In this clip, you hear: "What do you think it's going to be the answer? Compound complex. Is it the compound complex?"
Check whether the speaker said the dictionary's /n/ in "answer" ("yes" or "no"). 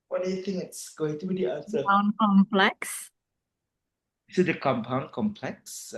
no